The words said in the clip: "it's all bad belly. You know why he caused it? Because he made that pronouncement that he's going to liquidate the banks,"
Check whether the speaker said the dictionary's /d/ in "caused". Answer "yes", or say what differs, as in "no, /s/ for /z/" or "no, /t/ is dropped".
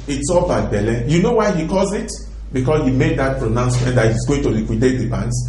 no, /d/ is dropped